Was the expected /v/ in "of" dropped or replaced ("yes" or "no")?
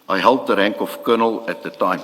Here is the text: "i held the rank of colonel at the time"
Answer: yes